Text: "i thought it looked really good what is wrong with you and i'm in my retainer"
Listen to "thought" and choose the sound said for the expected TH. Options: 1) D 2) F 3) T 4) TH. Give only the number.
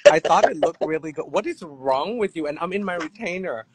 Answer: 4